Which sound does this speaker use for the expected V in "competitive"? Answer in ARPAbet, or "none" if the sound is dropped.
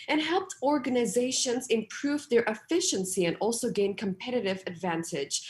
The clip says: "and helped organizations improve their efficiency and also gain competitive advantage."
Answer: V